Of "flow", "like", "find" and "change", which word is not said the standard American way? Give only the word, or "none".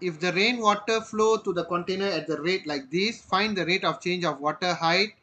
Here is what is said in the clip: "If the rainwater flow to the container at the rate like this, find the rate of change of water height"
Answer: none